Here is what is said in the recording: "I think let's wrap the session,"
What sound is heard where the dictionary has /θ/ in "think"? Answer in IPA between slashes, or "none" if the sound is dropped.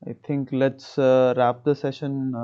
/t/